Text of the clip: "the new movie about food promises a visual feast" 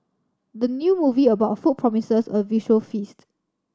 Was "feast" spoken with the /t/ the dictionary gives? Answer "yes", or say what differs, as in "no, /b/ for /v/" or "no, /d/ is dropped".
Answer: yes